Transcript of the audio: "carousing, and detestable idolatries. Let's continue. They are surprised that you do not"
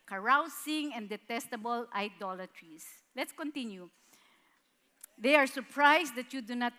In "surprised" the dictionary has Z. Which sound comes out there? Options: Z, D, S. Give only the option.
S